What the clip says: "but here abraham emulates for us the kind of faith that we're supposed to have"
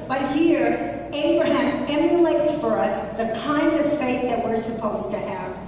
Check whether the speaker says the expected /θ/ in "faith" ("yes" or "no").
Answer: no